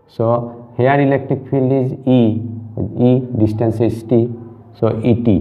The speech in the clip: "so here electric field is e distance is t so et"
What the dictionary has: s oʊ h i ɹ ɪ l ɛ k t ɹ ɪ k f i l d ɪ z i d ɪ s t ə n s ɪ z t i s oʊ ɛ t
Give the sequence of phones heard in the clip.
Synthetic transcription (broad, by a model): s oʊ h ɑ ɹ ɪ l ɛ k t ɹ ɪ k p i l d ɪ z i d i s t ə n s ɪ s t i s oʊ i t